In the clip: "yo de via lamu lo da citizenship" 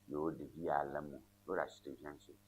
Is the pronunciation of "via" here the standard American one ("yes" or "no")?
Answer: no